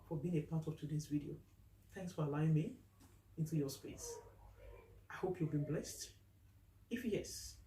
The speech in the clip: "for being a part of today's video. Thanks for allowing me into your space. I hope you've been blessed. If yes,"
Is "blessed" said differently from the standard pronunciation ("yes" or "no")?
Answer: no